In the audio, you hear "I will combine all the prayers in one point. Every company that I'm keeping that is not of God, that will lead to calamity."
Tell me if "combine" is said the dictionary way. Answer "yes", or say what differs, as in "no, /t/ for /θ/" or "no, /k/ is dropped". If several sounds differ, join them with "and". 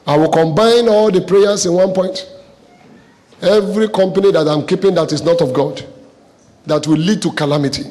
yes